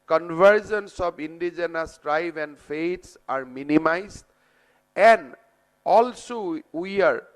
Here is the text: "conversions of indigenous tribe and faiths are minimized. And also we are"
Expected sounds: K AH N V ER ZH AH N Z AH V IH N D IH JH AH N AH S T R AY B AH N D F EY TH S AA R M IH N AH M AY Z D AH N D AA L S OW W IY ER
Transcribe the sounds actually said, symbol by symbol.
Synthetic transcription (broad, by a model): K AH N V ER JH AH N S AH P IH N D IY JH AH N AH S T R AY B AH N D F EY T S AA R M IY N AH M AY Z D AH N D AA L S OW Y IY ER